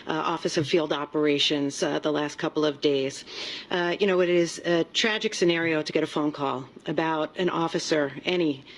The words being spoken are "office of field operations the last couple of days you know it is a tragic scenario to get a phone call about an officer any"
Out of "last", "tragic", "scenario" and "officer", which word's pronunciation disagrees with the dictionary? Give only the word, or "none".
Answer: none